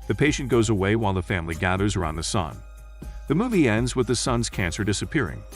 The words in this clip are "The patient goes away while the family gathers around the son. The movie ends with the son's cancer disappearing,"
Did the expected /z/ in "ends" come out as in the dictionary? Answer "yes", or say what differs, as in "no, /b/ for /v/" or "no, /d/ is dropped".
yes